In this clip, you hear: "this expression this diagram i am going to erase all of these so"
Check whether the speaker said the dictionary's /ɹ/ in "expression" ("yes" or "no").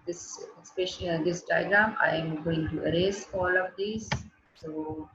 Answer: no